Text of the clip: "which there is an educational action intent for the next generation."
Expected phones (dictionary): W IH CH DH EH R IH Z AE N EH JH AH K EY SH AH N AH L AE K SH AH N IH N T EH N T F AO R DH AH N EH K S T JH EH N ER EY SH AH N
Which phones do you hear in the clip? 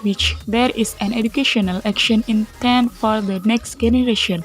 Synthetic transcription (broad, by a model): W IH CH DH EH R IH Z AE N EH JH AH K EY SH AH N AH L AE K SH AH N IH N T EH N F AO R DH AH N EH K S T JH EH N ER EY SH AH N